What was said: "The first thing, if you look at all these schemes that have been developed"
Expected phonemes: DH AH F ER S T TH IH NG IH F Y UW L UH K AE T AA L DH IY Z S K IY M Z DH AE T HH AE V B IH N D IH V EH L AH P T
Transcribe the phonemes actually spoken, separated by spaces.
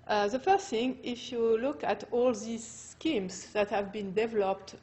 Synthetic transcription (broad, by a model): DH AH F ER S T TH IH NG IH F Y UW L UH K AE T AA L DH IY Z S K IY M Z DH AE T HH AE V B IH N D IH V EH L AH P T